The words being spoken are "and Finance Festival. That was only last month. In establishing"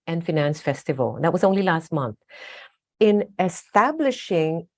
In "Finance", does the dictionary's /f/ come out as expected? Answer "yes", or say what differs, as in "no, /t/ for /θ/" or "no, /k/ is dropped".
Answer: yes